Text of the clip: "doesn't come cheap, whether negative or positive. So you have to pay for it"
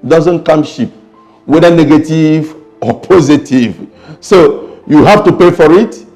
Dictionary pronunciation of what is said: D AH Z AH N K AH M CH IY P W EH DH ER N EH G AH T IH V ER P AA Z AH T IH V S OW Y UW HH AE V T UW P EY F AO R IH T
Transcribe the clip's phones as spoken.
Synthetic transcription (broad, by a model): D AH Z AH N K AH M SH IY P W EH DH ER N EH G AH T IH V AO P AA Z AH T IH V S OW Y UW HH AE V T UW P EY F AO R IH T